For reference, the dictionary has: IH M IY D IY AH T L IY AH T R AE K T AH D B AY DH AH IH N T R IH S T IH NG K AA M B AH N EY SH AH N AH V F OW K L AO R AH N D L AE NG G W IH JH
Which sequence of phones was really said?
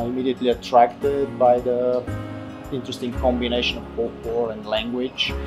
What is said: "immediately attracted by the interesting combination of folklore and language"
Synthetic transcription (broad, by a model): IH M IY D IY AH T L IY AH T R AE K T AH D B AY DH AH IH N T R IH S T IH NG K AA M B AH N EY SH AH N AH V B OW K W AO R AH N D L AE NG G W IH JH